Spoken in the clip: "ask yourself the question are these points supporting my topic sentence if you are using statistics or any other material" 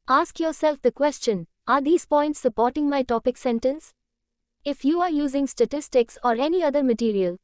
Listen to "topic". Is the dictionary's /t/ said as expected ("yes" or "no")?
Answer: yes